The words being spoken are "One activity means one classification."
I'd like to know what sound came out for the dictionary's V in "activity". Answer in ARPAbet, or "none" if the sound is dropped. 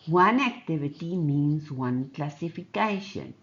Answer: B